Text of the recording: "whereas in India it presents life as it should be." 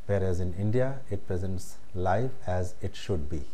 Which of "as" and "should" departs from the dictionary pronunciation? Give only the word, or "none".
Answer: none